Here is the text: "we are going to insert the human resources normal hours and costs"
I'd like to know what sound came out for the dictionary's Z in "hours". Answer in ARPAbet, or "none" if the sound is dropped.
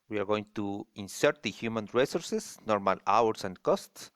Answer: S